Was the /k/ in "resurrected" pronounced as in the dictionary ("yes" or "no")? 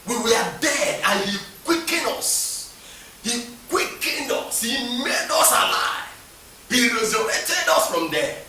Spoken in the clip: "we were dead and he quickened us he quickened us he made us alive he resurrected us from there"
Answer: no